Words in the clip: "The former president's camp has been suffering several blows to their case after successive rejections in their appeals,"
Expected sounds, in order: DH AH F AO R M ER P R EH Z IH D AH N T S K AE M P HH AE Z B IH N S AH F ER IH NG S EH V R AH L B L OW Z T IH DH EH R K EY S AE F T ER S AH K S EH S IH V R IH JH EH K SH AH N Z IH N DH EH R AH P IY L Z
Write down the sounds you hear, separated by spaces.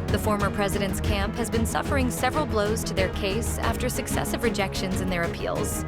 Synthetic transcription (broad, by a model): DH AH F AO R M ER P R EH Z IH D AH N T S K AE M P HH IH Z B IH N S AH F ER IH NG S EH V R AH L B L OW Z T IH DH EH R K EY S AE F T ER S AH K S EH S IH V R IH JH EH K SH AH N Z IH N DH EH R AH P IY L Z